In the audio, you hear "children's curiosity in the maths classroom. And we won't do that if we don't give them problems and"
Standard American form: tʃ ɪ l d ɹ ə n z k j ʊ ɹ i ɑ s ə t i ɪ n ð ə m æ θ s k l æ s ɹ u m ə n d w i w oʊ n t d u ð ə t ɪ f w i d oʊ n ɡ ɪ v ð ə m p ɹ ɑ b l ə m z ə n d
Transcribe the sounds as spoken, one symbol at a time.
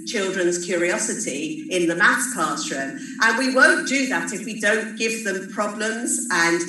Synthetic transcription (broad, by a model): tʃ ɪ l d ɹ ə n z k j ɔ ɹ i ɑ s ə t i ɪ n ð ə m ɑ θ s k ɑ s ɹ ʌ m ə n w i w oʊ n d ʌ ð ə t ɪ f w i d oʊ n ɡ ɪ v ð ə m p ɹ ɑ b l ə m z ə n